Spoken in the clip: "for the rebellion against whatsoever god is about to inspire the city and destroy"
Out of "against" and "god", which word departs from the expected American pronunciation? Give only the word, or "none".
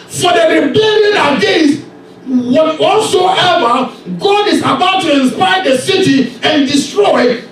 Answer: against